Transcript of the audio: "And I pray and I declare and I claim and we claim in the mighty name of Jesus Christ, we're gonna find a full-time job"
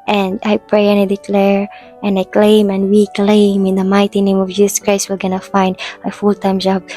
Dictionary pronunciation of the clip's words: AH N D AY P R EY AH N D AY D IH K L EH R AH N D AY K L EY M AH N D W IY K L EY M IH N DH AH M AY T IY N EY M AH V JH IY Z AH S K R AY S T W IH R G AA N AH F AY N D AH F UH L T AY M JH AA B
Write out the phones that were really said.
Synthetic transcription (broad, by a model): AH N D AY P R EY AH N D AY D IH K L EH R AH N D AY K L EY M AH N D W IY K L EY M IH N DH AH M AY T IY N EY M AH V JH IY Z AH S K R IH S W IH L G AA N AH F AY N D AH F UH L T AY M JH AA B